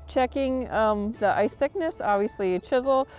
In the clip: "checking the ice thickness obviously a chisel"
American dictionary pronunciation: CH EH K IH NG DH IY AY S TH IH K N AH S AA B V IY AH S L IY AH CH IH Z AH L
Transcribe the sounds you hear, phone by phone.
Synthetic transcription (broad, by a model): CH EH K IH NG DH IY AY S TH IH K N AH S AA B V IY AH S L IY AH CH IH Z L